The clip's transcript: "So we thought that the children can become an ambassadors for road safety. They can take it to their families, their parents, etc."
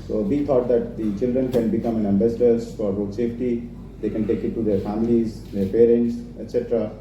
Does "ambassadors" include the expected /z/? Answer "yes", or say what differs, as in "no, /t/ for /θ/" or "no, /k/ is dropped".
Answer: no, /z/ is dropped